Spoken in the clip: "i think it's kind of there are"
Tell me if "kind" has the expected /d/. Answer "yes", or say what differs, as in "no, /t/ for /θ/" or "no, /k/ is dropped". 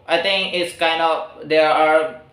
yes